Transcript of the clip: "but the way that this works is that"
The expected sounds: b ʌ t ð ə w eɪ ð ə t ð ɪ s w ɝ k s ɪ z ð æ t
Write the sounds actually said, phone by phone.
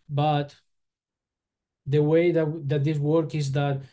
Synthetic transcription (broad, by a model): b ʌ t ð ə w eɪ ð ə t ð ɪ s w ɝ k ɪ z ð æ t